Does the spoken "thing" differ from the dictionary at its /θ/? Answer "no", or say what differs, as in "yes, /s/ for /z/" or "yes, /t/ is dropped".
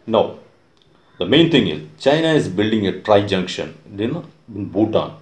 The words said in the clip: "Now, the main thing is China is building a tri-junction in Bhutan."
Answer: yes, /t/ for /θ/